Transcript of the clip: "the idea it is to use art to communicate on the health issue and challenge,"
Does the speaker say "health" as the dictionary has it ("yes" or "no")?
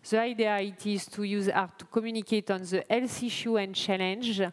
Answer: no